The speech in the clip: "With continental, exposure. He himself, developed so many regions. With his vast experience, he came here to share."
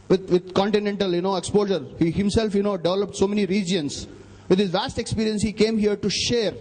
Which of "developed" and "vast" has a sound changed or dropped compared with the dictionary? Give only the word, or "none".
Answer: none